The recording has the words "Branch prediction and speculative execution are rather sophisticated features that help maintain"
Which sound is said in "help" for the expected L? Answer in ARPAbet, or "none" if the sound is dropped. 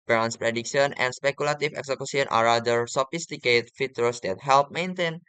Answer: L